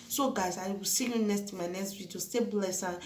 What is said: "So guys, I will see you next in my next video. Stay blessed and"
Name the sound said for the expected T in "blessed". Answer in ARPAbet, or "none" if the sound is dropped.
none